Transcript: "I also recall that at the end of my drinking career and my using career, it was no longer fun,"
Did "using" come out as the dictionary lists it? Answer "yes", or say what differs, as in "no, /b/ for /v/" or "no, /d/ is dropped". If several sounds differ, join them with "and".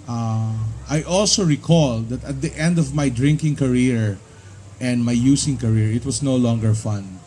no, /s/ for /z/